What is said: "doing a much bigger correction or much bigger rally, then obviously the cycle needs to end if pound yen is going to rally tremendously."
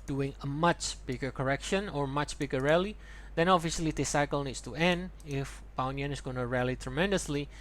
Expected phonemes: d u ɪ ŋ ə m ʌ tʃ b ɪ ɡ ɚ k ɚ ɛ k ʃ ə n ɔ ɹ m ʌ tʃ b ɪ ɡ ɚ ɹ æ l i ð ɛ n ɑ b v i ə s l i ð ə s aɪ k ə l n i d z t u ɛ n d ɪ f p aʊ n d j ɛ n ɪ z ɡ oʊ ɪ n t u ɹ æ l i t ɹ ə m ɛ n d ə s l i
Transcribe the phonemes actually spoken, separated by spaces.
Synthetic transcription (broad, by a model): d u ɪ ŋ ə m ʌ tʃ b ɪ ɡ ɚ k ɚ ɛ k ʃ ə n ɔ ɹ m ʌ tʃ b ɪ ɡ ɚ ɹ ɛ l i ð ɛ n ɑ v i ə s l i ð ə s aɪ k ə l n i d s t u ɛ n d ɪ f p aʊ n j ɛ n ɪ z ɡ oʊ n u ɹ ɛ l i t ɹ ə m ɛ n d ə s l i